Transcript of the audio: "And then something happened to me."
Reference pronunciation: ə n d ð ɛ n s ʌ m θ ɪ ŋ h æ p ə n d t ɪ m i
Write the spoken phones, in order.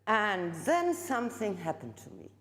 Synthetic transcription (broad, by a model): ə n ð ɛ n s ʌ m θ ɪ ŋ h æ p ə n t ɪ m i